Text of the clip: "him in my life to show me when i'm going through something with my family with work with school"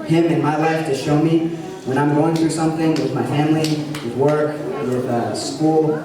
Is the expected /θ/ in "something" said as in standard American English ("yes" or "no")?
yes